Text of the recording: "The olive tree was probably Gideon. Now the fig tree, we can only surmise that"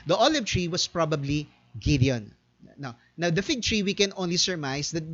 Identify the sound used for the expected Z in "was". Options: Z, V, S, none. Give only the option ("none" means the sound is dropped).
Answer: S